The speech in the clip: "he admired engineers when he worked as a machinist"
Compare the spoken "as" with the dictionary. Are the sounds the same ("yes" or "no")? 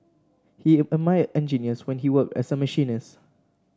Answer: no